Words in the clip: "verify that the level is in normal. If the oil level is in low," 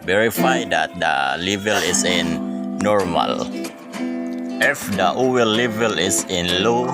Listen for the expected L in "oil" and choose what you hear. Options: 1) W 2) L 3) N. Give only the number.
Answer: 1